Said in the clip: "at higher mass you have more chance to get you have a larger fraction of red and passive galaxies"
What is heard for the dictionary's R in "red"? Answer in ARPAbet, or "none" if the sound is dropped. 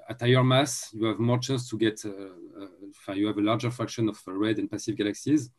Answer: R